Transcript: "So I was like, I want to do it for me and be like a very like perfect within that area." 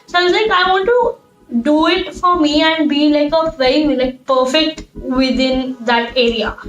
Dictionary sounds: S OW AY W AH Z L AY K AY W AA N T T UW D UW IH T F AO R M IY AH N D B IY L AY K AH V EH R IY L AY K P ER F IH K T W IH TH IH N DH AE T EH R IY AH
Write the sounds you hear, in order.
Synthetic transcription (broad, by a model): S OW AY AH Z L AY K AY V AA N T T UW D UW IH T F AO R M IY AH N D B IY L AY K AH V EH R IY L AY K P ER F IH K T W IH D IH N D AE T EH R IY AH